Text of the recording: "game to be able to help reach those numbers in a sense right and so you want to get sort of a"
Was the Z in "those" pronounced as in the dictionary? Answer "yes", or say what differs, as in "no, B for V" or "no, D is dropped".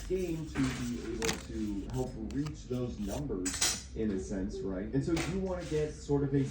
yes